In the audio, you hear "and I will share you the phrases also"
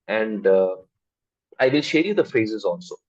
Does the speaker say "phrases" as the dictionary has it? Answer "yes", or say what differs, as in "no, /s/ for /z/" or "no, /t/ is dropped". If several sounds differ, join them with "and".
yes